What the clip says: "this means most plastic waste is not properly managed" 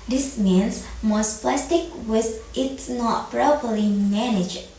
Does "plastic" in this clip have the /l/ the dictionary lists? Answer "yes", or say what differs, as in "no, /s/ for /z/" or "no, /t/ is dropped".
yes